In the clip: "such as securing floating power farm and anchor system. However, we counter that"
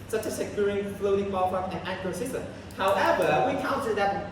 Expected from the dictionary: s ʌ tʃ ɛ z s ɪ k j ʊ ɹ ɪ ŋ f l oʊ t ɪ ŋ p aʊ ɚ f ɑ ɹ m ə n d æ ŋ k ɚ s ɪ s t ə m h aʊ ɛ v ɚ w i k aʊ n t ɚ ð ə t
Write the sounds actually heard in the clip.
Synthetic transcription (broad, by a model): s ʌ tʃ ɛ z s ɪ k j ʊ ɹ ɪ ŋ f l oʊ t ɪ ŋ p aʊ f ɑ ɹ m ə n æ k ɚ s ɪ s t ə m h aʊ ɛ v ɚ w i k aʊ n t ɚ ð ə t